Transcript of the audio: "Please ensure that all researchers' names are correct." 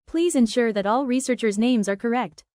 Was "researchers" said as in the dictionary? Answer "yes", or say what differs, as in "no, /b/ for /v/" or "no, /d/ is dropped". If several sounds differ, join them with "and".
yes